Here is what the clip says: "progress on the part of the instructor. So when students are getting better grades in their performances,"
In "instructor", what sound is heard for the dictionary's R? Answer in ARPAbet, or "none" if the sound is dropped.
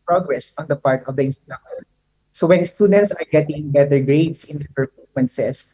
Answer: none